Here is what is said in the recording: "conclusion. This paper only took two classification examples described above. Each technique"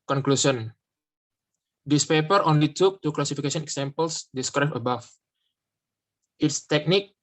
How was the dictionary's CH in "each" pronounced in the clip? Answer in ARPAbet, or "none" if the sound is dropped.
S